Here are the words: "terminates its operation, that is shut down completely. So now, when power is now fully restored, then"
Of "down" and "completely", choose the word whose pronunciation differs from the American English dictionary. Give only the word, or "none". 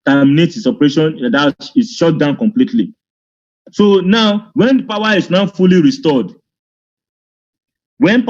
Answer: none